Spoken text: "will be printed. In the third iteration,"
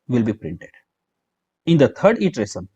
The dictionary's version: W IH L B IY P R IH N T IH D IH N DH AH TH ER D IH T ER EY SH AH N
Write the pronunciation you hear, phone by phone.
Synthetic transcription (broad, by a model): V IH L B IY P R IH N T IH D IH N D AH T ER D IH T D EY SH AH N